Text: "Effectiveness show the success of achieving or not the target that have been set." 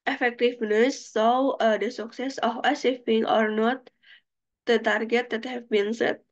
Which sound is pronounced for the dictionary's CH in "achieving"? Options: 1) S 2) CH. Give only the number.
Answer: 1